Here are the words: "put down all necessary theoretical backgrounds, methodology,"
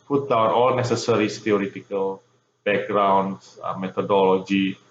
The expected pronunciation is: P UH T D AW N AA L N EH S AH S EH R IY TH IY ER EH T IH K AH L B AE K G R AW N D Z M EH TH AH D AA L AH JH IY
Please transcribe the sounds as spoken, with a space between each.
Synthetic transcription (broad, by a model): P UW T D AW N AA L N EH S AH S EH R IY S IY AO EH T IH K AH L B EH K G R AW N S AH M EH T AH D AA L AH JH IY